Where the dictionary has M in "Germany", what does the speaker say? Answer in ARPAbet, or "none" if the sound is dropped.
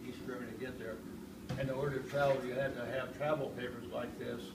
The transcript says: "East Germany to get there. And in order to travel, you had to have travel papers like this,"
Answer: none